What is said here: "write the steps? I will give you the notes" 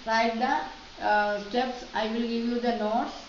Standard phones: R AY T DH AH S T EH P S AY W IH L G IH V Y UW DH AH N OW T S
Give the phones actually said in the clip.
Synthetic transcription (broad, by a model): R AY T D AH S T EH P S AY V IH L G IH V Y UW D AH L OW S